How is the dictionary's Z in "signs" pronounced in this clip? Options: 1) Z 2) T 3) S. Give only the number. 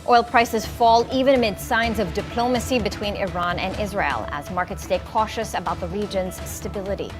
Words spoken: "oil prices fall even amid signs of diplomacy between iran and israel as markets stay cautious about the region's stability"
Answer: 1